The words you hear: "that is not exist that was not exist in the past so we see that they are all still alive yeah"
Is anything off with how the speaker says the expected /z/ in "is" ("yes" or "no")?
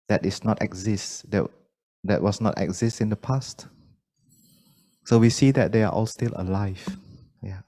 yes